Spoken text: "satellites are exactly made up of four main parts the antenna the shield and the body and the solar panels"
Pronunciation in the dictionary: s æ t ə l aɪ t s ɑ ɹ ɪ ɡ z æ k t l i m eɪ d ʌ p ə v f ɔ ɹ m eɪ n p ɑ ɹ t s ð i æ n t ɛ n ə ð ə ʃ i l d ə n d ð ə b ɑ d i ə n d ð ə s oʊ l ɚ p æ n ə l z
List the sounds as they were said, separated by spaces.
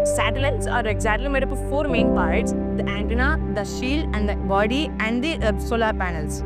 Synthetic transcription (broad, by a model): s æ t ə l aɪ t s ɑ ɹ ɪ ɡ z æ t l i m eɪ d ʌ p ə f ɔ ɹ m eɪ n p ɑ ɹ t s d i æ n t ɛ n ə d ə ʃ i l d ə n d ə b ɑ d i ə n d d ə s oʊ l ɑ p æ n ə l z